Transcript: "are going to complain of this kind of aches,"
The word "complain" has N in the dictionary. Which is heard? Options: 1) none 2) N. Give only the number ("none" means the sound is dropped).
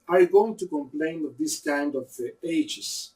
2